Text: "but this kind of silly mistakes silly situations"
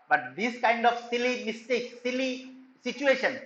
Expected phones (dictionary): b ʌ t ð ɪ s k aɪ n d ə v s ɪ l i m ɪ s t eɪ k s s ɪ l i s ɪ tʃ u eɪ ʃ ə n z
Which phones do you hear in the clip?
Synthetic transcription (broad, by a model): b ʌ t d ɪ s k aɪ n d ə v s ɪ l i m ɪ s t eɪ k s s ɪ l i s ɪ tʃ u eɪ ʃ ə n